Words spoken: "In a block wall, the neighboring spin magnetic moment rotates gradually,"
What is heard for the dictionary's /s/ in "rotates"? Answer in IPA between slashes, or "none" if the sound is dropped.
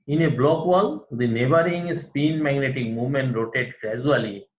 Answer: none